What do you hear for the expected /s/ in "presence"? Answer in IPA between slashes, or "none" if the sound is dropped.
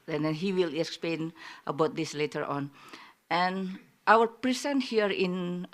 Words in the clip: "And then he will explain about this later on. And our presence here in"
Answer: none